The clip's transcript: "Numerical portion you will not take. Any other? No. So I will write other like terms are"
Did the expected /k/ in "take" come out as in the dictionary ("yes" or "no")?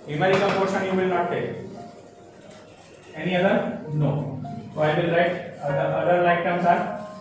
no